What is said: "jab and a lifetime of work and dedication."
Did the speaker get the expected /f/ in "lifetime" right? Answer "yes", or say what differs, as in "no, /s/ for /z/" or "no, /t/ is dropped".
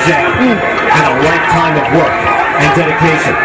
no, /f/ is dropped